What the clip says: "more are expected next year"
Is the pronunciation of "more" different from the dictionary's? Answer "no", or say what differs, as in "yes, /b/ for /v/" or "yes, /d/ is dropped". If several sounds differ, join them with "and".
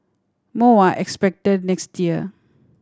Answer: yes, /w/ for /ɹ/